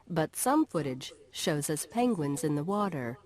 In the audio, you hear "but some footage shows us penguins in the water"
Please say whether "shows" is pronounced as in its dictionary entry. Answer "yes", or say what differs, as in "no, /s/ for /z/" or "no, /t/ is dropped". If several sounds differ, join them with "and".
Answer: yes